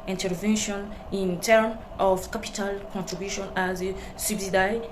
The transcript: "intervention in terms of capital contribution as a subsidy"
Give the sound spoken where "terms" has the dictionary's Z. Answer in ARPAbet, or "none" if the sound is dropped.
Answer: none